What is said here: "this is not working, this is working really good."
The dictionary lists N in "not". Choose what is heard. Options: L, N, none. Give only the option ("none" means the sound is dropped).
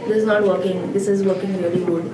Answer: N